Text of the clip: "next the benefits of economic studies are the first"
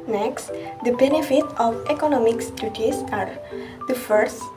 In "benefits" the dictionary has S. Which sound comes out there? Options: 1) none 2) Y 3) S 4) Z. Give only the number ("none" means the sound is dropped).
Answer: 1